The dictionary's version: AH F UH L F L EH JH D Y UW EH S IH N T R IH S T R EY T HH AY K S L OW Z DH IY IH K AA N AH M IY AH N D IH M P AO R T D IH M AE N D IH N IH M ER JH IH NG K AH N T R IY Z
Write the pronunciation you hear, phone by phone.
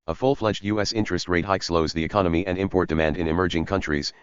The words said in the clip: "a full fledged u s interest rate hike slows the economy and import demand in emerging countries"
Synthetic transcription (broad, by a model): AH F UH L F L EH JH D Y UW EH S IH N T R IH S T R EY T HH AY K S L OW Z DH IY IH K AA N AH M IY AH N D IH M P AO R T D IH M AE N D IH N IH M ER JH IH NG K AH N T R IY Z